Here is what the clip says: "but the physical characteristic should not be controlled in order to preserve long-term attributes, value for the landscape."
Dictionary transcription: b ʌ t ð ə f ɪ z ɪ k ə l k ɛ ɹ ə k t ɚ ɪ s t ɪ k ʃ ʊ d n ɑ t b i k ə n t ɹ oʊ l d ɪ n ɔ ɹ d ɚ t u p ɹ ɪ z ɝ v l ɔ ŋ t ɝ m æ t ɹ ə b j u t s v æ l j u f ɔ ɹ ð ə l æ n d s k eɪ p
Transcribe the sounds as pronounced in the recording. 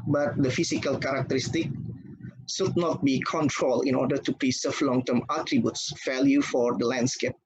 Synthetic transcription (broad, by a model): b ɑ t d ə f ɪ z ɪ k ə l k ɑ ɹ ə k t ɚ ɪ s t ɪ k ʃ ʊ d n ɑ t b i k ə n t ɹ oʊ l ɪ n ɔ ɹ d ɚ t u p ɹ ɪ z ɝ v l ɔ ŋ t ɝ m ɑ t ɹ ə b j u t s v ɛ l j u f ɔ ɹ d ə l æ n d s k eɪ p